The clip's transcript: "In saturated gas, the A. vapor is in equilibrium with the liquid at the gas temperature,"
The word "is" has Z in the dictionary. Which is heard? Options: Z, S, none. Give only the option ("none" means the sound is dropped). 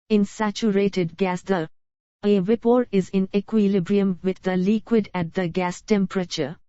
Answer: Z